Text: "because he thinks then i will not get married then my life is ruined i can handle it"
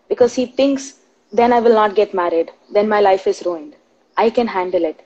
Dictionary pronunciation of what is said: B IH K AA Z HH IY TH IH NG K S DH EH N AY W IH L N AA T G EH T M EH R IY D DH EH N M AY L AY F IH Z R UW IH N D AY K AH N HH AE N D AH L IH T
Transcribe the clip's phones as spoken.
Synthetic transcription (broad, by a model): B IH K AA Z HH IY T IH NG K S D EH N AY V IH L N AA T G EH T M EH R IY D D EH N M AY L AY F IH Z R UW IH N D AY K AH N HH AE N D AH L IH T